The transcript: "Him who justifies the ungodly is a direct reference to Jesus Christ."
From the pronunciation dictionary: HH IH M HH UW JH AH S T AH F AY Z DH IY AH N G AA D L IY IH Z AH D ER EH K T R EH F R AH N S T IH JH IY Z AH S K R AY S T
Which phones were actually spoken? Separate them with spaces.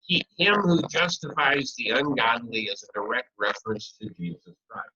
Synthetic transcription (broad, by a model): HH IH M HH UW JH AH S T AH F AY Z DH IY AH N G AA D N IY IH Z AH D ER EH K T R EH F R AH N S T IH JH IY Z AH S K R AY S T